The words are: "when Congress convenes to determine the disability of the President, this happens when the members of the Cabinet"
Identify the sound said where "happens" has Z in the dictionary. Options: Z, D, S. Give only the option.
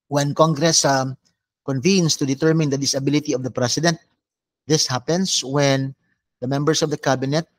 S